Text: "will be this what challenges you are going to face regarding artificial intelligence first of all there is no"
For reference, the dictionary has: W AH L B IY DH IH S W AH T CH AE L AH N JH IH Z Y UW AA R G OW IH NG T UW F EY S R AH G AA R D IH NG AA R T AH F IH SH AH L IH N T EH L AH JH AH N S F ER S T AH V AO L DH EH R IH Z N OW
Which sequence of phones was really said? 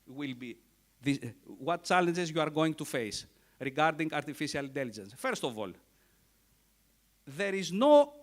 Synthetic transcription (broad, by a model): W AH L B IY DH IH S W AH T CH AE L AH N JH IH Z Y UW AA R G OW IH NG T UW F EY S R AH G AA R D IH NG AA R T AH F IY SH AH L IH N T EH L AH JH AH N S F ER S T AH V AO L DH EH R IH Z N OW